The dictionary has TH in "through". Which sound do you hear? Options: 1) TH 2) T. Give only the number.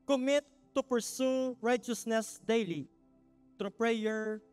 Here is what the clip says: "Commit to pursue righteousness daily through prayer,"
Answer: 2